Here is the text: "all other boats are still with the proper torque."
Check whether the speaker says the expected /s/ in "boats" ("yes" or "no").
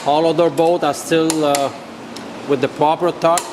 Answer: no